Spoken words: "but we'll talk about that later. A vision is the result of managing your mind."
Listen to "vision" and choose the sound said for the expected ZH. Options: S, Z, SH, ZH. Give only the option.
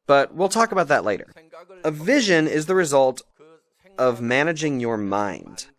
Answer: ZH